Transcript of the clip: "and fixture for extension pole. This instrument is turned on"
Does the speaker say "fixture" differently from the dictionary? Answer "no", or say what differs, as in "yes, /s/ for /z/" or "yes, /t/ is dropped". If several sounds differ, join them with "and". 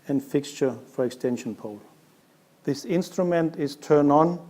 no